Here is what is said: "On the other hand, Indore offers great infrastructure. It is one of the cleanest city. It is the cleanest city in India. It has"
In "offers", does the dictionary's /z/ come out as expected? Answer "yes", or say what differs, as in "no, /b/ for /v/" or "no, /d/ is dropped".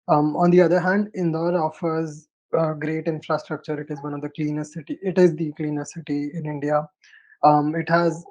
yes